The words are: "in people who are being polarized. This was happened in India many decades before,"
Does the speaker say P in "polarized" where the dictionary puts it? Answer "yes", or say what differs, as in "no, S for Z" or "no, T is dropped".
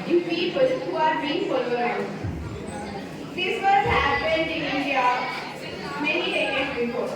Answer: no, F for P